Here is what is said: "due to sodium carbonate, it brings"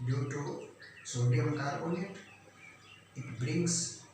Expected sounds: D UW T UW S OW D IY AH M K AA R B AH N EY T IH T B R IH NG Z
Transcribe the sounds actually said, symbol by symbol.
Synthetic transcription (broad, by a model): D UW T UW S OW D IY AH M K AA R AH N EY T IH T B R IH NG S